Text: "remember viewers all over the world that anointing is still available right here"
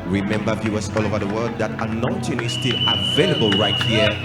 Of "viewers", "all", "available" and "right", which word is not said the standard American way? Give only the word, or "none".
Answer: viewers